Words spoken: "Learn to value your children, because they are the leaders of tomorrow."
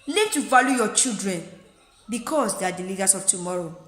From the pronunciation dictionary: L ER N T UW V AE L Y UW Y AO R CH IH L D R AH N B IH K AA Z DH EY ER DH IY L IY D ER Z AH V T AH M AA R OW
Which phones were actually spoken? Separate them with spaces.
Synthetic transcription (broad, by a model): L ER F T UW V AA L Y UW Y AO CH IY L D R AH N B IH K AA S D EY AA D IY L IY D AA S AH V T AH M AA R OW